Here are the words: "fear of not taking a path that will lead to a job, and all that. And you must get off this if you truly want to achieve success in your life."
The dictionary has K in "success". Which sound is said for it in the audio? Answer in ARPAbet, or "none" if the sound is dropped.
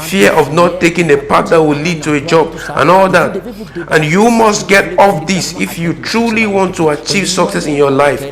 K